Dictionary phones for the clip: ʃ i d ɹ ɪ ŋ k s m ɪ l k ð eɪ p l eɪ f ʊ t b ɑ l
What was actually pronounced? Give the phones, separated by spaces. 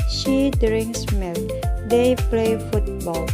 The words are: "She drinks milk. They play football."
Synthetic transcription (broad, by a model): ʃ i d ɹ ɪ ŋ s m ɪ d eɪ p l eɪ f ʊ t b ɑ l